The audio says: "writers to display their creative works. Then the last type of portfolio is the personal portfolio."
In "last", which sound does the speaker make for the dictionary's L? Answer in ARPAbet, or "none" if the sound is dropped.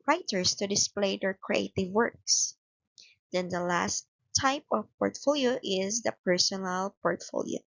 L